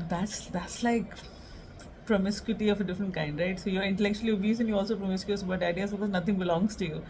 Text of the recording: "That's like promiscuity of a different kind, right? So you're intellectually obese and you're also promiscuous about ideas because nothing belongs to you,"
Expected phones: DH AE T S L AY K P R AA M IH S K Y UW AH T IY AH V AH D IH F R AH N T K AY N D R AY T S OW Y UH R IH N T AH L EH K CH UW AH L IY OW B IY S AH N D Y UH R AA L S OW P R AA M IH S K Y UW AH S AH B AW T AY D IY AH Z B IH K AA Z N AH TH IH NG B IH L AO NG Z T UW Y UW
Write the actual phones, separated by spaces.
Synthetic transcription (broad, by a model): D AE T S L AY K P R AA M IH S K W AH T IY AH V AH D IH F R AH N T K AY N D R AY T S OW Y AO R IH N T AH L EH K CH UW AH L IY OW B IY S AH N Y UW AA L S OW P R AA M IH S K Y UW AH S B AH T AY D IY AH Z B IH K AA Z N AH T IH NG B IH L AO NG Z T UW Y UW